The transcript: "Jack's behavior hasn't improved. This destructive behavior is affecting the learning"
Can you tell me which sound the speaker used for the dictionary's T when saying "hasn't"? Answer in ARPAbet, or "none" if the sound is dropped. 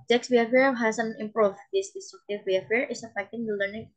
none